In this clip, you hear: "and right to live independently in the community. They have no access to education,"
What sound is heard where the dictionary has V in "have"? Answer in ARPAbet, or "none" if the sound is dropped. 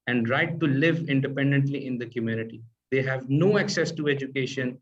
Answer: V